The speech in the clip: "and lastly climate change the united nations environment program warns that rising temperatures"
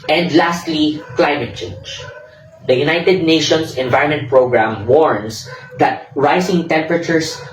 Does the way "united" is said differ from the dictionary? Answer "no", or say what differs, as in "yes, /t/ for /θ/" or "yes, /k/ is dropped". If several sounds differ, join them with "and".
no